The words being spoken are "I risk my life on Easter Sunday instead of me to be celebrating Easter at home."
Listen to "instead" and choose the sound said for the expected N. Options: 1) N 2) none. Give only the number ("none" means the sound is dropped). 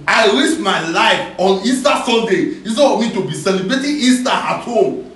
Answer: 2